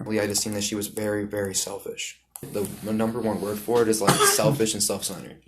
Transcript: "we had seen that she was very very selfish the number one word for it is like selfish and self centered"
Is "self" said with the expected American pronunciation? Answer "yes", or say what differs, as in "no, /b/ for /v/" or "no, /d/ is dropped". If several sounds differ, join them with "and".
yes